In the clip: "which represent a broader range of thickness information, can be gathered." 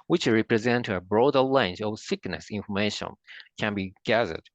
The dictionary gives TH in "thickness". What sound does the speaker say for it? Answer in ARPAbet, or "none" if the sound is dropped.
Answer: S